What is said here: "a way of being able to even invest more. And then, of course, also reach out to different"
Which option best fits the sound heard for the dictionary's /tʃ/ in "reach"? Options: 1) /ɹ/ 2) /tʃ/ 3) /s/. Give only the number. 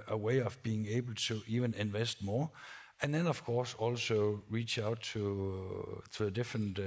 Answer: 2